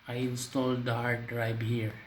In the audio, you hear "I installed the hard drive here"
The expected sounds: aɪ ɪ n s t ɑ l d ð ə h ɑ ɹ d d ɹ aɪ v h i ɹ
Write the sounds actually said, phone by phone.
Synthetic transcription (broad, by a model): aɪ ɪ n s t ɑ l d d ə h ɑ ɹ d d ɹ aɪ b h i ɹ